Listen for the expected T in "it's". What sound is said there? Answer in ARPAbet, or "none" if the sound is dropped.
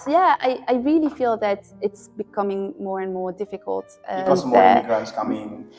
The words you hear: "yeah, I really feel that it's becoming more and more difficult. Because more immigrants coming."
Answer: T